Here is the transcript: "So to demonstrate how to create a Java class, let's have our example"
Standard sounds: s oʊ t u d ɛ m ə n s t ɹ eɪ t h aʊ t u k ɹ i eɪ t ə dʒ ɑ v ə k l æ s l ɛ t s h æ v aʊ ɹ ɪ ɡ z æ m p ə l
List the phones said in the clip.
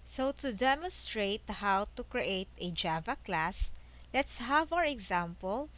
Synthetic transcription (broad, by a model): s oʊ t u d ɛ m ə n s t ɹ eɪ t h aʊ t u k ɹ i eɪ t ə dʒ ɑ v ə k l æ s l ɛ t s h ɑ v aʊ ɹ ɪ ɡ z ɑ m p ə l